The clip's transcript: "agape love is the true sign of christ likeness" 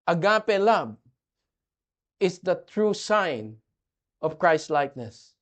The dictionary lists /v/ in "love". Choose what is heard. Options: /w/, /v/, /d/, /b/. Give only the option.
/b/